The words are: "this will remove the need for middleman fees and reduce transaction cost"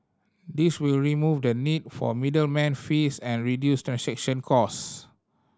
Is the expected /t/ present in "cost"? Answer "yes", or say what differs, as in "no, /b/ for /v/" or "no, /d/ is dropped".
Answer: no, /t/ is dropped